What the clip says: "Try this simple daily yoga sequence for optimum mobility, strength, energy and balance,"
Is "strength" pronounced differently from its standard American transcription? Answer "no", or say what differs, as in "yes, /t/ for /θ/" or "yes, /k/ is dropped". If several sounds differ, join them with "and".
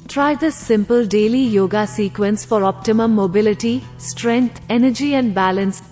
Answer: yes, /t/ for /θ/